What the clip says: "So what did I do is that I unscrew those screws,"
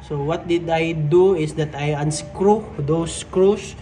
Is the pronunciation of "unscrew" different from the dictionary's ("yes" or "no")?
no